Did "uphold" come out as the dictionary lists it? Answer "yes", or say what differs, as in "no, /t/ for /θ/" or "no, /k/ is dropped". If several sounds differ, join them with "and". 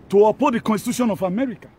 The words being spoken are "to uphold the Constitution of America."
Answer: no, /l/ is dropped